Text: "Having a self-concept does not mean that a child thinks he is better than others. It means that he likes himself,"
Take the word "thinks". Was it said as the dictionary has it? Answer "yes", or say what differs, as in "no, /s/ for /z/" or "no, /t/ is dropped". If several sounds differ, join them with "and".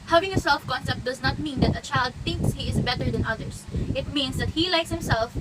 yes